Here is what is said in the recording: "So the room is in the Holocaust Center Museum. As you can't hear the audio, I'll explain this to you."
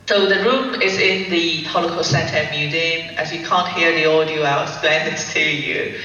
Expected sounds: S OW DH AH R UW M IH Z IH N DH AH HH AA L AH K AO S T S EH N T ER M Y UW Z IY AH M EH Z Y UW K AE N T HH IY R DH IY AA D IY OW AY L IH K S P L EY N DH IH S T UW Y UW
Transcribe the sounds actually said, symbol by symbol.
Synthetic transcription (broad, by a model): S OW DH AH R UW M IH Z IH N DH AH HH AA L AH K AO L S EH N T ER M Y UW Z IY AH M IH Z Y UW K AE N T HH IY R DH IY AA D IY OW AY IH S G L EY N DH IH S T UW Y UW